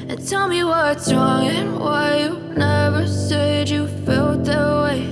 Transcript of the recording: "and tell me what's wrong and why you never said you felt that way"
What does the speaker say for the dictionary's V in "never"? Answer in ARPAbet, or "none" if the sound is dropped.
V